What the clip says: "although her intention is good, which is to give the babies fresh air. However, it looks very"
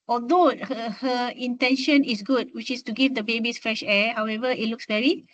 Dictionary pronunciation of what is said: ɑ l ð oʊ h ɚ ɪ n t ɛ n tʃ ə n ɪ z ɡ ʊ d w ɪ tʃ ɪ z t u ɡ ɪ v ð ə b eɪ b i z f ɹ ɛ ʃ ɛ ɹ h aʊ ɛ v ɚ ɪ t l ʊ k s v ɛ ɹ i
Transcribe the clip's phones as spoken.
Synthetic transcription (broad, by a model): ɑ l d oʊ h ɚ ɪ n t ɛ n ʃ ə n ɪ s ɡ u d w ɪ tʃ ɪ s t u ɡ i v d ə b eɪ b i s f ɹ ɛ ʃ ɛ h aʊ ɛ v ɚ ɪ t l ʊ k s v ɛ ɹ i